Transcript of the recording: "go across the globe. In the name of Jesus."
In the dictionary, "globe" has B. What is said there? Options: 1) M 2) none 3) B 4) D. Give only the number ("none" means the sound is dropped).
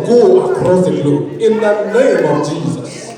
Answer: 2